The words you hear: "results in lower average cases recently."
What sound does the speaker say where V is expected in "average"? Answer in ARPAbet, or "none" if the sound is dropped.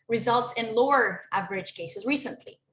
V